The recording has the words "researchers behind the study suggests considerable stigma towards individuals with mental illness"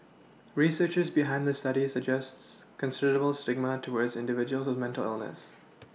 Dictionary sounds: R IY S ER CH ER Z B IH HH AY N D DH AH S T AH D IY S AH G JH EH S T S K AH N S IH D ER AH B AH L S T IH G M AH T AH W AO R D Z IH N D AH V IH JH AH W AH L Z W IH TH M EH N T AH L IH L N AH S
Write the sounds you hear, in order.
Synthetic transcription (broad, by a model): R IY S ER CH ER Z B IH HH AY N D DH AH S T AH D IY S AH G JH EH S T S K AH N S IH D ER AH B AH L S T IH G M AH T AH W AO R D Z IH N D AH V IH JH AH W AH L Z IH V M EH N T AH L IH L N AH S